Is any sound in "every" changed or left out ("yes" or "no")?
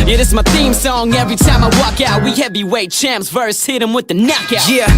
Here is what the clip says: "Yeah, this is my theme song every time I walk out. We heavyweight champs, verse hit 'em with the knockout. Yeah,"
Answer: no